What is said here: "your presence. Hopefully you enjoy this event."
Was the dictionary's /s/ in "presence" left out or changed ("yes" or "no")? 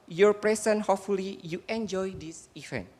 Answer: yes